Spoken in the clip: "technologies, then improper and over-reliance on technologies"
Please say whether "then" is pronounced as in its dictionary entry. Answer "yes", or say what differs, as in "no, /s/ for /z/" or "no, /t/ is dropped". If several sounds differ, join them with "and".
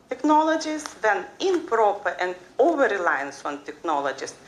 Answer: yes